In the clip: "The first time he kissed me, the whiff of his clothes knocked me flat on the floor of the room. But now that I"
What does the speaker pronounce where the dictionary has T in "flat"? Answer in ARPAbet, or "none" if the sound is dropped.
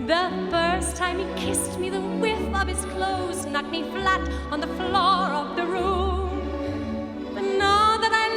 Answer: T